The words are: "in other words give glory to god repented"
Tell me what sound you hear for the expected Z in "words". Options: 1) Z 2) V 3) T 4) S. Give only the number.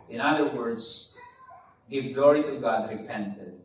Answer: 4